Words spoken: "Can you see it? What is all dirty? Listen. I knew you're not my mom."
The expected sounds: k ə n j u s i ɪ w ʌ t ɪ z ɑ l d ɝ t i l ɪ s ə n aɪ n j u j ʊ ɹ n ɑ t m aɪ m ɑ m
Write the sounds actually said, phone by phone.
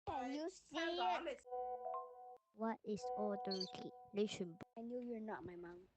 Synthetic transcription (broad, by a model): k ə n j u s i w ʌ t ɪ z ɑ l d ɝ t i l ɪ ʃ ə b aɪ n j u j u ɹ n ɑ t m aɪ m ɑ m